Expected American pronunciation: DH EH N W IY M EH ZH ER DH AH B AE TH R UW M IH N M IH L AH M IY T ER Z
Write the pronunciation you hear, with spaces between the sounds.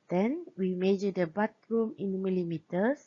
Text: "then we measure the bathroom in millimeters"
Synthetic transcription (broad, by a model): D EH N W IY M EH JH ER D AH B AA T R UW M IH N M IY L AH M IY T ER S